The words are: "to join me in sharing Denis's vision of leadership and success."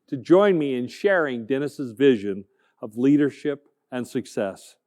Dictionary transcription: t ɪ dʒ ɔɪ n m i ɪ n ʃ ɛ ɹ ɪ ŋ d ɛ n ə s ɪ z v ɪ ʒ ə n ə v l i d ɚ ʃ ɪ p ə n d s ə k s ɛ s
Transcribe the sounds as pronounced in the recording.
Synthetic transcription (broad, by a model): t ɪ dʒ ɔɪ n m i ɪ n ʃ ɛ ɹ ɪ ŋ d ɛ n ə s ɪ z v ɪ ʒ ə n ə v l i d ɚ ʃ ɪ p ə n s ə k s ɛ s